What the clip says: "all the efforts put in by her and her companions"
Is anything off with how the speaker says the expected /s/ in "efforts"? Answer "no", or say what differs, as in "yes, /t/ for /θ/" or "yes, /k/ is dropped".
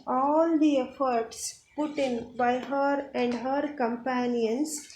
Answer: no